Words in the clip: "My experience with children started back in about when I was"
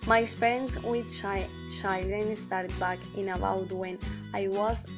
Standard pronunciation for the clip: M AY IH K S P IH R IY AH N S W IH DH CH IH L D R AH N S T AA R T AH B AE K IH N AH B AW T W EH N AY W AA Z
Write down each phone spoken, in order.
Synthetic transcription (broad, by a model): M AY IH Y S P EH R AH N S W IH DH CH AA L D AH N S T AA R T B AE K IH N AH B AW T W EH N AY W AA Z